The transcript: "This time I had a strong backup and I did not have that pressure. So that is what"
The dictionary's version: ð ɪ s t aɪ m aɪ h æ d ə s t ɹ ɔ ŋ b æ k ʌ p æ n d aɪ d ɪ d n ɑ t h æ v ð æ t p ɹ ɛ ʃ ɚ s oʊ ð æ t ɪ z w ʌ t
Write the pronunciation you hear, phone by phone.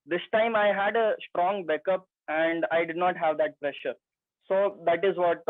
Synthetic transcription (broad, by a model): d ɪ s t aɪ m aɪ h æ d ə s t ɹ ɔ ŋ b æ k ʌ p æ n d aɪ d ɪ d n ɑ t h æ v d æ t p ɹ ɛ ʃ ɚ s oʊ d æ t ɪ z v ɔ t